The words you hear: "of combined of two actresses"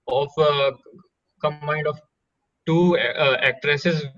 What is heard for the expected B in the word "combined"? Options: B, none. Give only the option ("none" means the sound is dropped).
none